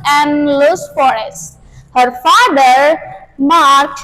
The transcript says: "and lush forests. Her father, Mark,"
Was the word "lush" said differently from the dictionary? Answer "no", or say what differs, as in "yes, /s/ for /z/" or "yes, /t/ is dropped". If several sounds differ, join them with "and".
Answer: yes, /s/ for /ʃ/